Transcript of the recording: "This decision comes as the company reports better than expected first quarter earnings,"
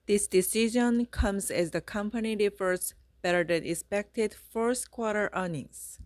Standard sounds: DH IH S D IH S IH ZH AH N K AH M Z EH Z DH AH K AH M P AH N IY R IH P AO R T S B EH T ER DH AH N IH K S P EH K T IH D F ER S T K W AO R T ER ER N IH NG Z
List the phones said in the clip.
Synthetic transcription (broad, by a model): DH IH S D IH S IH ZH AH N K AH M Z EH Z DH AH K AH M P AH N IY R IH F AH R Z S B EH T ER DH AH N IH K S P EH K T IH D F ER S T K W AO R T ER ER N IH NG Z